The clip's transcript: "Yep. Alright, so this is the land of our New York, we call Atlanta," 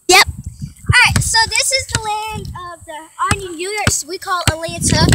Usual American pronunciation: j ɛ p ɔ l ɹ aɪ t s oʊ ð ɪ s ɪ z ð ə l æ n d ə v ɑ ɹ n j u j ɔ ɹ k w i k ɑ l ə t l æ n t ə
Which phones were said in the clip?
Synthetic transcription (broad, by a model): j ɛ p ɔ ɹ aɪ t s oʊ ð ɪ s ɪ z ð ə l æ n d ə v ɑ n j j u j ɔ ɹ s w i k ɑ l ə l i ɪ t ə